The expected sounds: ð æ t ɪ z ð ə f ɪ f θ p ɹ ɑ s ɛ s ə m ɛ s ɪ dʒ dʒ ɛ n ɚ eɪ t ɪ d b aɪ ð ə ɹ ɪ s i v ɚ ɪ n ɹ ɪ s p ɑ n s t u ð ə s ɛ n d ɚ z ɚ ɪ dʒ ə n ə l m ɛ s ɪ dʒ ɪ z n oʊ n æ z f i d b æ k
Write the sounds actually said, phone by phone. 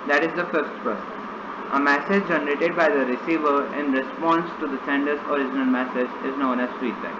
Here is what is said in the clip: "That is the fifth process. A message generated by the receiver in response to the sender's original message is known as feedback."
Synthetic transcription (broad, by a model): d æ t ɪ z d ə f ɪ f t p ʌ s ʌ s ə m ɛ s ɪ dʒ dʒ ɛ n ɚ eɪ t ɪ d b aɪ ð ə ɹ ɪ s i v ɚ ɪ n ɹ ɪ s p ɑ n s t u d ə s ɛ n d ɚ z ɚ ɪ dʒ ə n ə l m ɛ s ɪ dʒ ɪ z n oʊ n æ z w i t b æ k